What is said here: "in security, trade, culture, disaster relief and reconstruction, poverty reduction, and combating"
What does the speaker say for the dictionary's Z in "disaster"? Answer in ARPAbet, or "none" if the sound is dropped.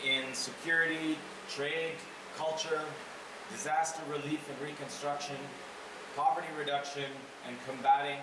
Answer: Z